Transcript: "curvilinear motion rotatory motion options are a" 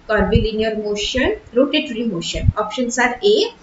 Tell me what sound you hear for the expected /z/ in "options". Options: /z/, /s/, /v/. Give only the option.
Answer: /s/